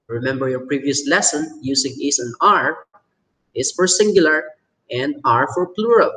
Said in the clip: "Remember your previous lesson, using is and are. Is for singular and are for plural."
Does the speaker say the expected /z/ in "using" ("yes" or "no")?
no